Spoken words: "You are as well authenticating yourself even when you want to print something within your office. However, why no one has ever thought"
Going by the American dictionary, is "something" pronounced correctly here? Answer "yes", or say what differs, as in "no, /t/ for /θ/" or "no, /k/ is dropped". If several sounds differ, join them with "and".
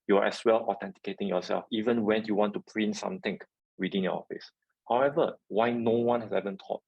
no, /t/ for /θ/